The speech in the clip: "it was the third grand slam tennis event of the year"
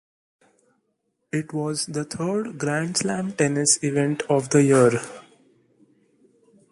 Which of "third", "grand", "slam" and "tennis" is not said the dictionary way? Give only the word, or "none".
third